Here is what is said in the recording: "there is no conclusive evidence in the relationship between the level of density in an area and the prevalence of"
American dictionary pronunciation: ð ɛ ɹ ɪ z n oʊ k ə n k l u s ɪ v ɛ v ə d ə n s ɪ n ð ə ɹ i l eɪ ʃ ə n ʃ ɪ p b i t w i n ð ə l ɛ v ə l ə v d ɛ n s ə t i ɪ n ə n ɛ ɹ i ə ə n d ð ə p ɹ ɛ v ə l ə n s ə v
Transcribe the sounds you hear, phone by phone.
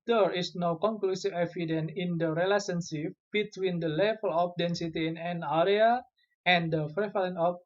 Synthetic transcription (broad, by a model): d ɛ ɹ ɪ s n oʊ k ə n k l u s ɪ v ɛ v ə d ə n ɪ n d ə ɹ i l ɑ s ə n s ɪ f b i t w i n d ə l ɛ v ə l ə p d ɛ n s ə t i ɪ n ə n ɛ ɹ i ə ə n d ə f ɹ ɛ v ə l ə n ə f